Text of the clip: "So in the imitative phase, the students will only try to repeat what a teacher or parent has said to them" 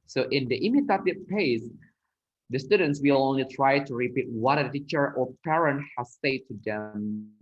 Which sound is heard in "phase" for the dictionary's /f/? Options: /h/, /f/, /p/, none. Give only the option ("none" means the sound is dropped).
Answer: /p/